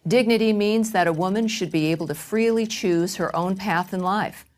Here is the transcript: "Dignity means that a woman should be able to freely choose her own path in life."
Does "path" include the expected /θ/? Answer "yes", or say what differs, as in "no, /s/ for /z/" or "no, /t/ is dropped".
yes